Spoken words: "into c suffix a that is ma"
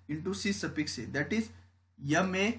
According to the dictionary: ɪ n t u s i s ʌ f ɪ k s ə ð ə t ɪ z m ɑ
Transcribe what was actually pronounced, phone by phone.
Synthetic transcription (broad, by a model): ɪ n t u s i s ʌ p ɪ k s ə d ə t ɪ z m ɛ